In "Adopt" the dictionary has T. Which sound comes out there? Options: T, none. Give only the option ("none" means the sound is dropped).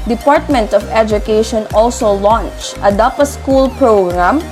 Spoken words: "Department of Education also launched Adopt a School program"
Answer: none